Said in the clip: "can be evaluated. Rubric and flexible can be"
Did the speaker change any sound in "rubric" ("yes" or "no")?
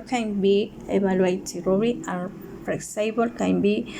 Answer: yes